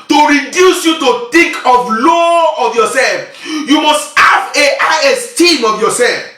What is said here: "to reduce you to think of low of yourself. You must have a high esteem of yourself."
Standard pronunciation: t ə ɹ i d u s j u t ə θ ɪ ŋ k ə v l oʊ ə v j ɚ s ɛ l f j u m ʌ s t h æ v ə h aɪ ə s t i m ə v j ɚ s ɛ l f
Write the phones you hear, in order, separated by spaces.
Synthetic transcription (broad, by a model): t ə ɹ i d u s j u t ə t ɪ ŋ k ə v l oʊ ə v j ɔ s ɛ l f j u m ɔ s t h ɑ v ə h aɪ ə s t i m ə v j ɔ s ɛ l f